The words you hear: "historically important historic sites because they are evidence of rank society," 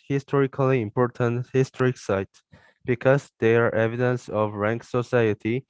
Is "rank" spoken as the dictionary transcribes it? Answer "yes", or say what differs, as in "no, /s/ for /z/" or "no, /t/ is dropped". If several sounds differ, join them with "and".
yes